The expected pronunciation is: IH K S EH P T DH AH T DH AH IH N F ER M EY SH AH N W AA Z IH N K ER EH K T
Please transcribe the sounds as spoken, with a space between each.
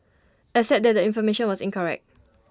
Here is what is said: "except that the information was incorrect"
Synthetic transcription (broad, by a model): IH S EH T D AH T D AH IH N F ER M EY SH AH N W AA S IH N K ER EH K T